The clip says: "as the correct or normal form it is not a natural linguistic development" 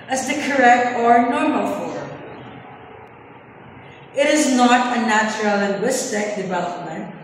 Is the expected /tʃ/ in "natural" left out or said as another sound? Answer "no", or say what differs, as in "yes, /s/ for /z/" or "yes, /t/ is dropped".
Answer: no